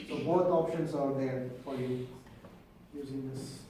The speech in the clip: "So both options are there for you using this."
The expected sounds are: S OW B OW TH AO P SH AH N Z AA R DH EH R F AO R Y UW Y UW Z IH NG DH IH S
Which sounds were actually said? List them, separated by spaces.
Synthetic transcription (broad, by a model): S OW B OW T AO P SH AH N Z AA R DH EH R F AO R Y UW Y UW Z IH NG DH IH S